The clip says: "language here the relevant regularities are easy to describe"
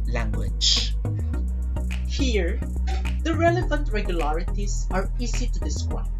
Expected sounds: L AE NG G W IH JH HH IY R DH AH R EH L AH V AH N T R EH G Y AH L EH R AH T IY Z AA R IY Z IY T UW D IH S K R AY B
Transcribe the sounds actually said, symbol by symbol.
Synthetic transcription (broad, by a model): L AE NG G W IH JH HH IY R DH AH R EH L AH V AH N T R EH G Y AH L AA R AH T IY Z AA R IY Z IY T UW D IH S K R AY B